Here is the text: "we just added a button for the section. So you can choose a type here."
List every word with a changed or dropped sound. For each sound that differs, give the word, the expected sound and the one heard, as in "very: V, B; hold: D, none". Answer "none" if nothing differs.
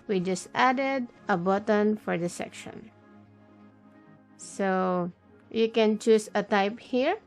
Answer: choose: Z, S